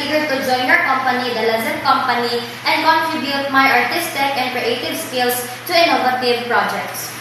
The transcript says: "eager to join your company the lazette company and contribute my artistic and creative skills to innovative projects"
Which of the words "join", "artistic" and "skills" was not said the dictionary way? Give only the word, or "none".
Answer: skills